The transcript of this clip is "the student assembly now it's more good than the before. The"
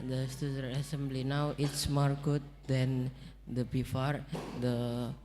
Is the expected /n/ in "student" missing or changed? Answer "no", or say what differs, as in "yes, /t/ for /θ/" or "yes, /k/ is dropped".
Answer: yes, /n/ is dropped